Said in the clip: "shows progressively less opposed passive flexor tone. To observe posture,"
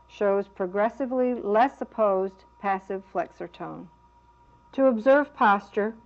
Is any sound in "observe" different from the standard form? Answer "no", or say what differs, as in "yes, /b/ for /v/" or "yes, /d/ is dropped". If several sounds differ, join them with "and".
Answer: no